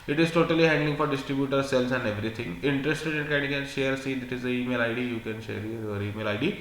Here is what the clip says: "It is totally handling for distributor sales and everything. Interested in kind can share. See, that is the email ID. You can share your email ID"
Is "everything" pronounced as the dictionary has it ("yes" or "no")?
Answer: no